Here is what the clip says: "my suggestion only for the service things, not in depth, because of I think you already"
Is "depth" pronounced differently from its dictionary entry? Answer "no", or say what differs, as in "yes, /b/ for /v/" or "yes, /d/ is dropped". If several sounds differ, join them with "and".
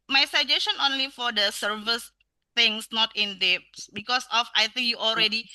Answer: yes, /s/ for /θ/